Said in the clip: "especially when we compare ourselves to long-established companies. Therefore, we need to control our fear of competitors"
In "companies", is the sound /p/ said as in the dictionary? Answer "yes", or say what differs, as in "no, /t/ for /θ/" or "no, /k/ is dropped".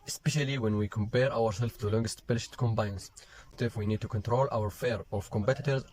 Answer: no, /b/ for /p/